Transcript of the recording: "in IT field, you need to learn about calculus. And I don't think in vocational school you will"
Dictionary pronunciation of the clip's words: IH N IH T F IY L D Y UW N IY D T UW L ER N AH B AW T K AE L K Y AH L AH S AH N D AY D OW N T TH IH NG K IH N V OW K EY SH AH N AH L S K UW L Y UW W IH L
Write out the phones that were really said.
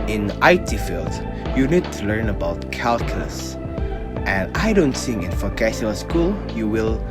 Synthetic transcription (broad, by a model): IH N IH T F IY L D Y UW N IY D T UW L ER N AH B AW T K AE L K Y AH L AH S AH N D AY D OW N T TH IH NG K IH N F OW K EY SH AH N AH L S K UW L Y UW W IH L